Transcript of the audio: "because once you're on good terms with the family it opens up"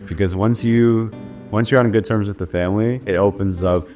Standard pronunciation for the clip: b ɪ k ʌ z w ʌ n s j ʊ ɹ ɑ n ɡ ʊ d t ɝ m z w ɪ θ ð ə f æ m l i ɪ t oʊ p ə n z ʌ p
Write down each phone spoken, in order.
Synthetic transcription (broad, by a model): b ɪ k ʌ z w ʌ n s j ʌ ɹ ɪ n ɡ ʊ d t ɝ m z w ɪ ð ə f æ m l i ɪ t oʊ p ə n z ʌ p